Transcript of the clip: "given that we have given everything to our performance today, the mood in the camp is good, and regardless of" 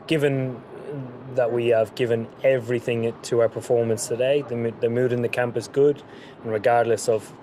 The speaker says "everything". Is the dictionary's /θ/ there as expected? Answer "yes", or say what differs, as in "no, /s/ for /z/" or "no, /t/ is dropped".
yes